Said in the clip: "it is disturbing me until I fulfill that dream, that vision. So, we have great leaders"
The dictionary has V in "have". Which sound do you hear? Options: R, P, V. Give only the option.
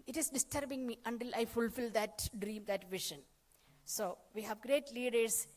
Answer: V